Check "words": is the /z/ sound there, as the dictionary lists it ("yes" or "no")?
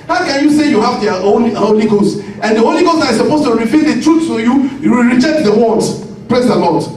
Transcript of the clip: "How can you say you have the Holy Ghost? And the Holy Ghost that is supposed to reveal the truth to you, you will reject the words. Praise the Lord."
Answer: no